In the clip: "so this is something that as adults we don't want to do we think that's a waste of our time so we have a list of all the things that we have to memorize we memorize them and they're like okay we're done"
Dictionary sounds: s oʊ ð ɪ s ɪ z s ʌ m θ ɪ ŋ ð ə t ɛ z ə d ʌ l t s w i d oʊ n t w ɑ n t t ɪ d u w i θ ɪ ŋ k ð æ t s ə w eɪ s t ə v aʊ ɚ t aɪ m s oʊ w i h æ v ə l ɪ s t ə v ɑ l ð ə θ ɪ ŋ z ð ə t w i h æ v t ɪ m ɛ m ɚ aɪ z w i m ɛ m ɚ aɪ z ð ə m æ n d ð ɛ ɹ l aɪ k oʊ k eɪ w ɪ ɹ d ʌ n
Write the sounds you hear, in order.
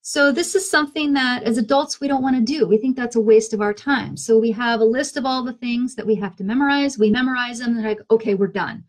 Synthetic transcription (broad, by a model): s oʊ ð ɪ s ɪ z s ʌ m θ ɪ ŋ ð ə t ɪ z ə d ʌ l t s w i d oʊ n t w ɑ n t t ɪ d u w i θ ɪ ŋ k ð æ t s ə w eɪ s t ə v aʊ ɚ t aɪ m s oʊ w i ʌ v ə l ɪ s t ə v ɑ l ð ə θ ɪ ŋ z ð ə t w i h æ f t ɪ m ɛ m ɚ aɪ z w i m ɛ m ɚ aɪ z ð ə m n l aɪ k oʊ k eɪ w ɪ ɹ d ʌ n